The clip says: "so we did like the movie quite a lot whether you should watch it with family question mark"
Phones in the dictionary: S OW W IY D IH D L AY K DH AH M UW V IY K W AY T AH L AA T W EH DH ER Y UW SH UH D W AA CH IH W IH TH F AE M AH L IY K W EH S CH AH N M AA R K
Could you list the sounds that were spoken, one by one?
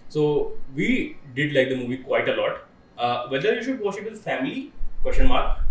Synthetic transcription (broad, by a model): S OW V IY D IH D L AY K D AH M UW V IY K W AY T AH L AA T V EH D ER Y UW SH UH D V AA SH IH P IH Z F AE M AH L IY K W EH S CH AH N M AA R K